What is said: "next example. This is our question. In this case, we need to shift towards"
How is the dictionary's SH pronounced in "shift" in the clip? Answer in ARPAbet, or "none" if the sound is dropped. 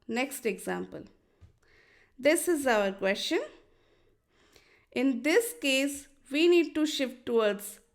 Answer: SH